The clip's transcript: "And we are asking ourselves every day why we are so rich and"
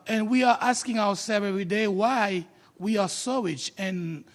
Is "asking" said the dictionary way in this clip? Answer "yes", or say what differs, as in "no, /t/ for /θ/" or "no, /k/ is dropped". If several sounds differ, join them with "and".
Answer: yes